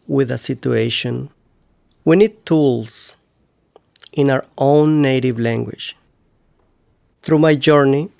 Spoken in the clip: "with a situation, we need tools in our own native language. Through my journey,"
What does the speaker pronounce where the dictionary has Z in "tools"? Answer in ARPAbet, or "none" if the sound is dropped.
S